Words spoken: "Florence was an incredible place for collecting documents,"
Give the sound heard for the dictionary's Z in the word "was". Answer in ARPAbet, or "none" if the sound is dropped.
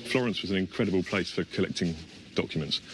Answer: Z